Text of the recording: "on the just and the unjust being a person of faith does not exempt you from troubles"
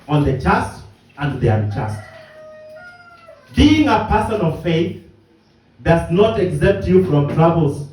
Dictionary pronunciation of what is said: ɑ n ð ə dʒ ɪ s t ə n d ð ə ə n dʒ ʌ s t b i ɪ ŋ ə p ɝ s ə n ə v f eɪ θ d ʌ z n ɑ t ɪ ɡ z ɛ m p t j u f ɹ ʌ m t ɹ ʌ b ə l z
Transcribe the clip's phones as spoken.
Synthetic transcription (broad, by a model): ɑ n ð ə tʃ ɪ s t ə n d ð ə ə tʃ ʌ s t b i ɪ ŋ ə p ɝ s ə n ə v f eɪ θ d ʌ z n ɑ t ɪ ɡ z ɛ p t j u f ɹ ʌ m t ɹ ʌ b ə l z